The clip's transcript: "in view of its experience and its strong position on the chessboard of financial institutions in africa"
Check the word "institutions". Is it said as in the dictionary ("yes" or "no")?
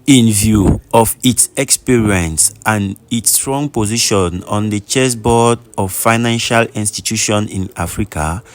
no